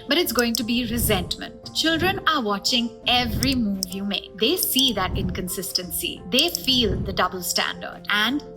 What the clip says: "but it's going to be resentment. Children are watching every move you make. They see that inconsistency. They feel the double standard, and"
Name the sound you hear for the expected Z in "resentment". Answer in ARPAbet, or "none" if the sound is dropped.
Z